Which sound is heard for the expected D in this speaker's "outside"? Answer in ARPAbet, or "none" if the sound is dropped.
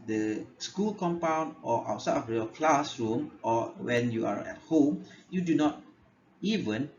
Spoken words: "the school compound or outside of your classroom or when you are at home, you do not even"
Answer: none